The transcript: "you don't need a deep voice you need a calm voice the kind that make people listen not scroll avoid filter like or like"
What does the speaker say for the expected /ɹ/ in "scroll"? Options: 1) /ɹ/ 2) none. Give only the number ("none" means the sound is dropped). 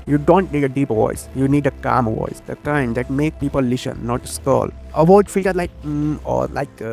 2